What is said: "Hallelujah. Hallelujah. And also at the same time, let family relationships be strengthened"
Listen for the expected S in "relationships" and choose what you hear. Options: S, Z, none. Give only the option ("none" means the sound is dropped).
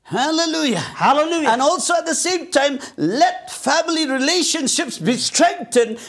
S